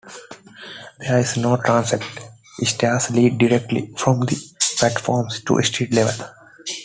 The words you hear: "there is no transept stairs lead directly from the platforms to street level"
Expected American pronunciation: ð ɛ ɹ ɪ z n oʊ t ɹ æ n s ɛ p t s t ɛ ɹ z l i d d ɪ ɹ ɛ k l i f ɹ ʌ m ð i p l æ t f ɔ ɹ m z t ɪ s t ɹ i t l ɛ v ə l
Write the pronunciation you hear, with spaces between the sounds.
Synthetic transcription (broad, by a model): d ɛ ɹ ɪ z n oʊ t ɹ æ n s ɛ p t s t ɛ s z l i d d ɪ ɹ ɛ k l i f ɹ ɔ m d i p l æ t f ɔ ɹ m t t ɪ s t i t l ɛ v ə l